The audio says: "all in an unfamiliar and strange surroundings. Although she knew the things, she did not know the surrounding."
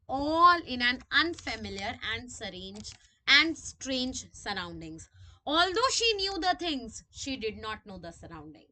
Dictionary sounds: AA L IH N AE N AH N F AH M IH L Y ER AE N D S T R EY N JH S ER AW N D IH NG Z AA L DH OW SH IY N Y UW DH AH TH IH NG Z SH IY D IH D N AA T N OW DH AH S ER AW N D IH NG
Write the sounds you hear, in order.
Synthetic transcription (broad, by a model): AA L IH N AE N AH N F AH M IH L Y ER AE N D S T R EY N JH S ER AW N D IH NG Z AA L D OW SH IY N Y UW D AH T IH NG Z SH IY D IH D N AA T N OW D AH S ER AW N D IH NG